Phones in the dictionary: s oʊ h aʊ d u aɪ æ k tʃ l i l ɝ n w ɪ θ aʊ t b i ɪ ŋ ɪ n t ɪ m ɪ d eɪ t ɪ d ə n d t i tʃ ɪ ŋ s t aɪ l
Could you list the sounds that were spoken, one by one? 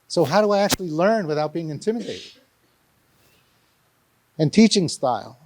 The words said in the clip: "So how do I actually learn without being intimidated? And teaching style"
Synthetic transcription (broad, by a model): s oʊ h aʊ d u aɪ æ k tʃ l i l ɝ n w ɪ θ aʊ t b i ɪ ŋ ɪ n t ɪ m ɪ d eɪ t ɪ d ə n t i tʃ ɪ ŋ s t aɪ l